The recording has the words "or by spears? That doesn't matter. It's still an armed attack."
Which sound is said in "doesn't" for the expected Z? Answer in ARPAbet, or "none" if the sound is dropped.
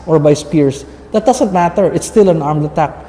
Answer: S